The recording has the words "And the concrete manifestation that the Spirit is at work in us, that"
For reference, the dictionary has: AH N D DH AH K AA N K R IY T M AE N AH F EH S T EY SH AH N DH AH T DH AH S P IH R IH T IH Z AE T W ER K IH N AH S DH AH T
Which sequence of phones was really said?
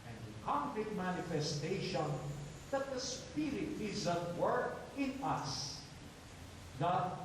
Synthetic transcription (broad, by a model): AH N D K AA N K IY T M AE N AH F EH S T EY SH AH N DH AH T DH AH S P IH R IH T IH Z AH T W ER K IH N AH S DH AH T